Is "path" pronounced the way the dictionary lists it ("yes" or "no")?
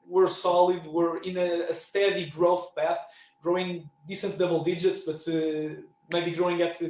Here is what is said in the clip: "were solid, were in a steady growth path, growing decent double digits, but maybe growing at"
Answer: yes